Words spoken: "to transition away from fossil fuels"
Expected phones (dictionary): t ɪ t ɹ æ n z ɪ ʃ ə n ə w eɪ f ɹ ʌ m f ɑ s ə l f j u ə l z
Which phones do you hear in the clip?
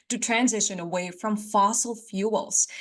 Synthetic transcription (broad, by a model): t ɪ t ɹ æ n z ɪ ʃ ə n ə w eɪ f ɹ ʌ m f ɑ s l f j u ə l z